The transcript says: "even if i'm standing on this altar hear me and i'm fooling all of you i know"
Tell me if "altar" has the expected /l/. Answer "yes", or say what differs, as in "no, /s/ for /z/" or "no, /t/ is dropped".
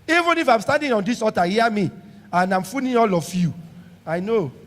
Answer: no, /l/ is dropped